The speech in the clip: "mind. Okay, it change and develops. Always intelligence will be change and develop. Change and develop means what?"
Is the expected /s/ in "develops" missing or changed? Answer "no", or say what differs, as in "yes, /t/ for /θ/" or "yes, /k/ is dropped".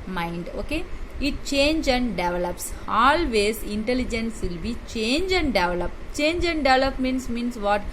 no